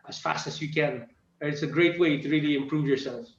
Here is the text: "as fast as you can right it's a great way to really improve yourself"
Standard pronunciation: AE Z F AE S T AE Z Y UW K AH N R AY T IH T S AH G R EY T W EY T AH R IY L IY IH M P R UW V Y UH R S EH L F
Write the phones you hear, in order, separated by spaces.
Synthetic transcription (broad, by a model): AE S F AE S T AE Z Y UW K AH N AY IH T S AH G R EY T W EY T AH R IY L IY IH M P R UW V Y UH R S EH L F